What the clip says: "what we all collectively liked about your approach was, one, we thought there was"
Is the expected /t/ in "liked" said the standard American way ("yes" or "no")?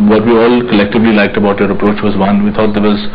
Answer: yes